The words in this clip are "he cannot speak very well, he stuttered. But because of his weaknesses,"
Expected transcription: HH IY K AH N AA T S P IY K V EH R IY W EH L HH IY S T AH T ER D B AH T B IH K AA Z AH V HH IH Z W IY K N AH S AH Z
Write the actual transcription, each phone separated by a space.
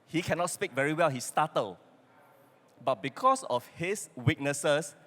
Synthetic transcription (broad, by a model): HH IY K AH N AA T S P IY K V EH R IY W EH L HH IY S T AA T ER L B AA T B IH K AA S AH F HH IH S W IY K N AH S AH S